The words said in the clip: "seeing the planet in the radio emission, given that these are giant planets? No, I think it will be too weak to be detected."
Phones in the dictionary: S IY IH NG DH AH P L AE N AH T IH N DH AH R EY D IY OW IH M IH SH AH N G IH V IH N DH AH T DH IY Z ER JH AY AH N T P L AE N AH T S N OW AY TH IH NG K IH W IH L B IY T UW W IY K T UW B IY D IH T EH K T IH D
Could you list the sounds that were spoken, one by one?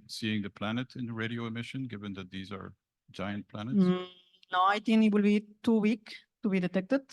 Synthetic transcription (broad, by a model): S IY IH NG DH AH P L AE N AH T IH N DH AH R EY D IY OW IH M IH SH AH N G IH V IH N DH AH T DH IY Z ER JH AY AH N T P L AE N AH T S N OW AY T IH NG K IH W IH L B IY T UW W IY K T UW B IY D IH T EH K T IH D